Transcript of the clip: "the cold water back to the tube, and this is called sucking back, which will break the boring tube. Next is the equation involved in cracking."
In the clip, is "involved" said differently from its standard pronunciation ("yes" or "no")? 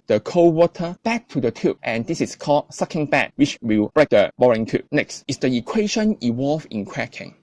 yes